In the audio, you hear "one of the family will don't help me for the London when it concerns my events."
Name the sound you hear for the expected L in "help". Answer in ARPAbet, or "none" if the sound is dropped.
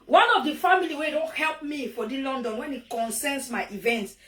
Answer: L